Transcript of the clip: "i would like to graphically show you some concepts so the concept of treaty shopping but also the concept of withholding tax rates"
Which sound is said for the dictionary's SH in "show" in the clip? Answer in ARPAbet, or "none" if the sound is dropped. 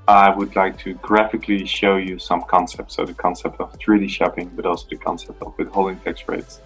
SH